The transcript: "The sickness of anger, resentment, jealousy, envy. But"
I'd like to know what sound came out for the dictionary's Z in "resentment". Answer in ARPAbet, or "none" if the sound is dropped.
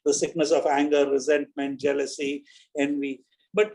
Z